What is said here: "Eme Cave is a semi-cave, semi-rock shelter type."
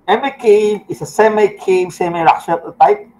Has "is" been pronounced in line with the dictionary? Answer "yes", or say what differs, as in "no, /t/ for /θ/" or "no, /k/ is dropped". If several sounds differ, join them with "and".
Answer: no, /s/ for /z/